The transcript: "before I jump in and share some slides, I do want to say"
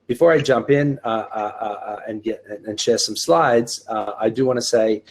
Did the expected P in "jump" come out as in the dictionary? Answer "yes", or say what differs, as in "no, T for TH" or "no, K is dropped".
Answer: yes